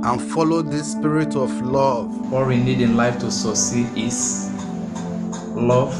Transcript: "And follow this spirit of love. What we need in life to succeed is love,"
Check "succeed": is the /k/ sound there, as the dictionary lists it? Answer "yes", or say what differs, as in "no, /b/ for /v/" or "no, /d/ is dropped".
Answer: no, /k/ is dropped